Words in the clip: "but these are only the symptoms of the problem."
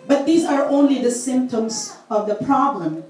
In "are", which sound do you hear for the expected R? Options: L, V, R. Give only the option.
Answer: R